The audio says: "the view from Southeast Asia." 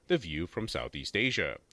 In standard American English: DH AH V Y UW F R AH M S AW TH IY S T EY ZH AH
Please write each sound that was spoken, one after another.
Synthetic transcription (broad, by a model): DH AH V Y UW F R AH M S AW TH IY S T EY ZH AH